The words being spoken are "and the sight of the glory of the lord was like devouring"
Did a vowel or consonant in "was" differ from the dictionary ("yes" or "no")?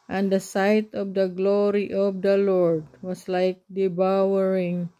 yes